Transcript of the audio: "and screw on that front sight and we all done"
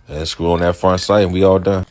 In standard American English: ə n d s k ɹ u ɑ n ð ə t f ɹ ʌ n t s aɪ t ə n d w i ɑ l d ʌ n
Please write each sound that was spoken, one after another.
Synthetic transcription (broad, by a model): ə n s k u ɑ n ð ə t f ɹ ʌ n t s aɪ t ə n w i ɑ l d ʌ n